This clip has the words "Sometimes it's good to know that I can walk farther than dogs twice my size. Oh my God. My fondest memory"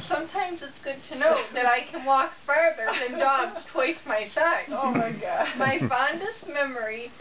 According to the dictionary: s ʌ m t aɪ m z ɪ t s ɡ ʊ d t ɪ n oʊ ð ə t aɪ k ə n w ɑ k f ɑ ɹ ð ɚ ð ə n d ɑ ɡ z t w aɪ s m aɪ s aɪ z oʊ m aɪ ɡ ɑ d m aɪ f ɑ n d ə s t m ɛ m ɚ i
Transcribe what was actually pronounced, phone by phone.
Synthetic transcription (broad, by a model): s ʌ m t aɪ m z ɪ t s ɡ ʊ d t ɪ n oʊ ð ə t aɪ k ə n w ɑ k f ɑ ɹ ð ɚ ð ə n d ɑ ɡ z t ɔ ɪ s m aɪ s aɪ oʊ m aɪ ɡ ɑ d m aɪ f ɑ n d ə s t m ɛ m ɚ i